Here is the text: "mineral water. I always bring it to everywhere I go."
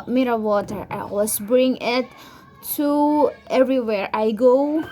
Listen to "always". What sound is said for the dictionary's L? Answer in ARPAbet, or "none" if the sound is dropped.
none